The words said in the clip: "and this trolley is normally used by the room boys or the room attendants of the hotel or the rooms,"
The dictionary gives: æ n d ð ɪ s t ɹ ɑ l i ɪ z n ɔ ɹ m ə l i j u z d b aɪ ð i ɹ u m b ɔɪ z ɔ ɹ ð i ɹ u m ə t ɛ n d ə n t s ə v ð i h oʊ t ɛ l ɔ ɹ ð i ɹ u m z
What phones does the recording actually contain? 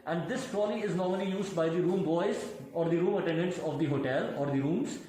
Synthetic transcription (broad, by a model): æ n d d ɪ s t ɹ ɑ n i ɪ z n ɔ ɹ m ə l i j u z d b aɪ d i ɹ u m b ɔɪ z ɔ ɹ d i ɹ u m ə t ɛ n d ə n t s ə v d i h oʊ t ɛ l ɔ ɹ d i ɹ u m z